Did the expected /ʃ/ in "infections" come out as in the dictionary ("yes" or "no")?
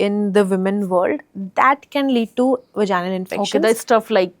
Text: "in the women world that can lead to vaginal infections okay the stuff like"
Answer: no